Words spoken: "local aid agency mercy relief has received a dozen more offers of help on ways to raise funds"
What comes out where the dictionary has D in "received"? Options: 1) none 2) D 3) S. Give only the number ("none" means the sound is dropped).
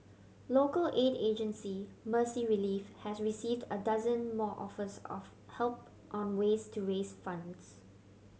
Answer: 2